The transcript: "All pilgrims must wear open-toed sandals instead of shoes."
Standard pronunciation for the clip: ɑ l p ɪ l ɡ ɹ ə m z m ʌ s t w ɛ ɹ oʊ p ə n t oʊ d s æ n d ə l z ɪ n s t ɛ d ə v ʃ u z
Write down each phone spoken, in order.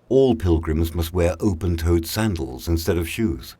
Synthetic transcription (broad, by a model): ɑ l p ɪ l ɡ ɹ ə m z m ʌ s t w ɛ ɹ oʊ p ə n t oʊ d s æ n d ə l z ɪ n s t ɛ d ə v ʃ u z